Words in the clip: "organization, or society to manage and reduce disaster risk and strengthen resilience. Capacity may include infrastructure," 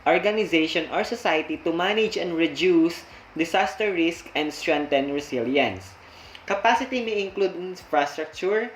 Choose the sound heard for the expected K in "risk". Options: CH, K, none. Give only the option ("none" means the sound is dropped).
K